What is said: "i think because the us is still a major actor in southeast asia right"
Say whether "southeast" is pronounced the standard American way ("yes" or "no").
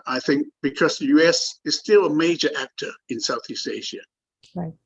yes